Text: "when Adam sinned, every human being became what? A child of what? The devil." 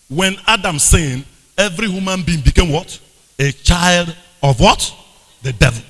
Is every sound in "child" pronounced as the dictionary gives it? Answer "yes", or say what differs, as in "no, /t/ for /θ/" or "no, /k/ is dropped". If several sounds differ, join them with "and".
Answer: yes